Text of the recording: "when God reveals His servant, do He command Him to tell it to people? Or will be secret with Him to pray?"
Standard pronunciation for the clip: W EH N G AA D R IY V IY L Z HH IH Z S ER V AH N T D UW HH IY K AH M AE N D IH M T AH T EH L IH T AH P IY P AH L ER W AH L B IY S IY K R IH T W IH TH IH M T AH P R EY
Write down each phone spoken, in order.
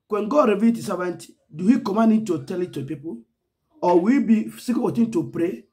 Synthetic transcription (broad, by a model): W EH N G AA D R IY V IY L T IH S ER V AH N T D UW HH IY K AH M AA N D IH T AH T EH L IH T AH P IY P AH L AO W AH B IY S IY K IH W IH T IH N T AH P R EY